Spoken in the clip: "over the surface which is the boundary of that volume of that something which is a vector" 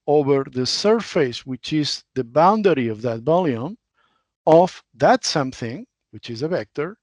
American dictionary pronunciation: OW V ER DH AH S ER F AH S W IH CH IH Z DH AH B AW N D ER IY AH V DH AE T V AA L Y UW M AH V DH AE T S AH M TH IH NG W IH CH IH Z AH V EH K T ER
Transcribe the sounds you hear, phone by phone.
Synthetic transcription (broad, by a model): OW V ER DH AH S ER F AH S W IH CH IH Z DH AH B AW N D ER IY AH V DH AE T B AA L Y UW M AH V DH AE T S AH M TH IH NG W IH CH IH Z AH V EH K T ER